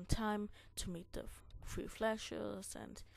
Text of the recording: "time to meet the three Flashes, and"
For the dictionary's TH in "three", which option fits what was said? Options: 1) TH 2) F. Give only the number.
2